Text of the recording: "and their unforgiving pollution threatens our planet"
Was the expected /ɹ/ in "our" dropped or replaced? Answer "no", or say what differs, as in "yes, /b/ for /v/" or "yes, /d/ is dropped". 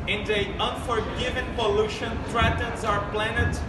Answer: no